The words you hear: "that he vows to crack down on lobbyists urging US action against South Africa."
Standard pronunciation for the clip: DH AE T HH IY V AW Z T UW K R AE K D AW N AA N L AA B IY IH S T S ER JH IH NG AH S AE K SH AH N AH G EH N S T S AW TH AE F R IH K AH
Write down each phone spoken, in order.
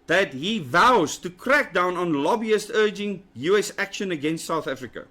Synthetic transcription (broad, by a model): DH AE T HH IY V AW Z T UW K R AE K D AW N AA N L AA B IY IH S T ER JH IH NG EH S AE K SH AH N AH G EH N S T S AW TH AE F R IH K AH